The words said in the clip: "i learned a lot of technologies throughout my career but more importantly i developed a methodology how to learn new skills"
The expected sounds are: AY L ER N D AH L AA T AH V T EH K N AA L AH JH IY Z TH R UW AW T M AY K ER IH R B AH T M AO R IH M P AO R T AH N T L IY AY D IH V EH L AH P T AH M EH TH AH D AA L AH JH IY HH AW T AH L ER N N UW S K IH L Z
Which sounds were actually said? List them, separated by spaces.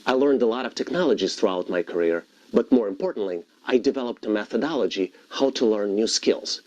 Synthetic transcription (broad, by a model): AY L ER N D AH L AA T AH V T EH K N AA L AH JH IY Z TH R UW AW T M AY K ER IH R B AH T M AO R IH M P AO R T N T L IY AY D IH V EH L AH P T AH M EH TH AH D AA L AH JH IY HH AW T AH L ER N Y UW S K IH L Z